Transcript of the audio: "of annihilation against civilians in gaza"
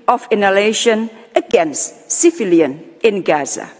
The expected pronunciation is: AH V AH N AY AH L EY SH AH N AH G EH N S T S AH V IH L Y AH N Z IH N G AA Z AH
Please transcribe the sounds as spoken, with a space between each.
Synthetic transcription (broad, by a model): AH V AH N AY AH L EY SH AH N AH G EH N S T S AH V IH L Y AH N IH N G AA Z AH